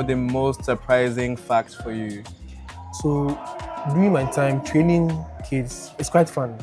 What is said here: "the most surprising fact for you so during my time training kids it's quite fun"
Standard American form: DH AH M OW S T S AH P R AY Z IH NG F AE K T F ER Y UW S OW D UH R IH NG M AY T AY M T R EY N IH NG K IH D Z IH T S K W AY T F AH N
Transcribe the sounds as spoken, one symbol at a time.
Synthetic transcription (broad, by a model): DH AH M OW S T S AH P R AY Z IH NG F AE K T F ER Y UW S OW D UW IH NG M AY T AY M T R EY N IH NG K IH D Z IH T S K W AY T F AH N